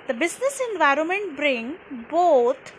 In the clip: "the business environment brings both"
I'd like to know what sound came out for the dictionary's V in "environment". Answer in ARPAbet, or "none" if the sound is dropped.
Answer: V